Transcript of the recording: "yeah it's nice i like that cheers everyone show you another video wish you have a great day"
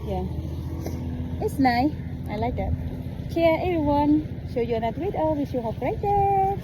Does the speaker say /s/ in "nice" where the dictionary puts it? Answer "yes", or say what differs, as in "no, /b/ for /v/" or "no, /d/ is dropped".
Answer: no, /s/ is dropped